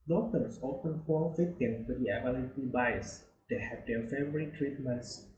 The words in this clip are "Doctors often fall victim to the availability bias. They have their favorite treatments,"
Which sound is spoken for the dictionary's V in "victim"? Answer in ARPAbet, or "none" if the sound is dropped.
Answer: F